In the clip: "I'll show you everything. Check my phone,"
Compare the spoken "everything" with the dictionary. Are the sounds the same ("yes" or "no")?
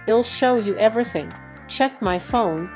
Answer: yes